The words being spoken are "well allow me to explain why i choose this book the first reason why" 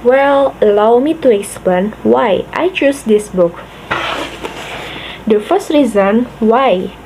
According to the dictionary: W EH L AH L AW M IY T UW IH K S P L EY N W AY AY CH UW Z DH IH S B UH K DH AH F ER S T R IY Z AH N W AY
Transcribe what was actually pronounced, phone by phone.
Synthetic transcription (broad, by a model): W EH L AH L AW M IY T UW IH K S P L EY N W AY AY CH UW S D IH S B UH K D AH F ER S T R IY Z AH N W AY